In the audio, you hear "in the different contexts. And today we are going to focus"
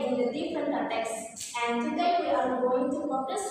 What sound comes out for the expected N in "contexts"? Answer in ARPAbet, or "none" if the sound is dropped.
none